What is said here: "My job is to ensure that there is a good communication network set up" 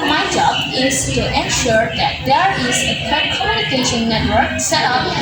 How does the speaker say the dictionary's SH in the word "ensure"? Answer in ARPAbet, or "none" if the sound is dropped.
SH